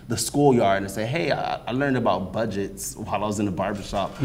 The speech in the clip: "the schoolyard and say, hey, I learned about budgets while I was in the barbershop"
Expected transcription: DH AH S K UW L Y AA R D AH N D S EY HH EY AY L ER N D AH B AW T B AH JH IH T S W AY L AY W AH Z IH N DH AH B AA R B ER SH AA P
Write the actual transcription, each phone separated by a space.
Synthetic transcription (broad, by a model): DH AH S K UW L Y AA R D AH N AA S EY HH EY AY L ER N D AH B AW T B AH JH IH T S W AY L AY W AH Z IH N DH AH B AA R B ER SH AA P